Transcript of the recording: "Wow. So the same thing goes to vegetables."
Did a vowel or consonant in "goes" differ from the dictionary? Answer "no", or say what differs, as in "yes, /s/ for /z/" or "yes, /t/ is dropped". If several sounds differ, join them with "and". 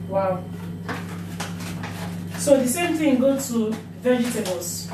yes, /z/ is dropped